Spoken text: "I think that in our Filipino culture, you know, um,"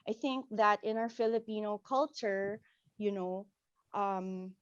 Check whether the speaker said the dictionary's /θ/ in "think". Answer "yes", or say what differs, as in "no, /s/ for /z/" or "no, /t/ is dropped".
yes